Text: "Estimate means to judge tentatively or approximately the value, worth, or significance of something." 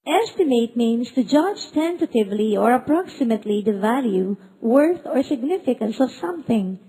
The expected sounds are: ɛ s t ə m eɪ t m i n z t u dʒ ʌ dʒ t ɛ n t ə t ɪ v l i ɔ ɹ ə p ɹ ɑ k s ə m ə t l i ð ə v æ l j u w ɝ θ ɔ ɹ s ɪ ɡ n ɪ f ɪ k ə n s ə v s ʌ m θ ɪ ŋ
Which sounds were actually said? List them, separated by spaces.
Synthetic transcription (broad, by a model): ɛ s t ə m eɪ t m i n s t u dʒ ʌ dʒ t ɛ n t ə t ɪ v l i ɔ ɹ ə p ɹ ɑ k s ə m ə t l i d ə v æ l j u w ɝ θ ɔ ɹ s ɪ ɡ n ɪ f ɪ k ə n s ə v s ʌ m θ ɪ ŋ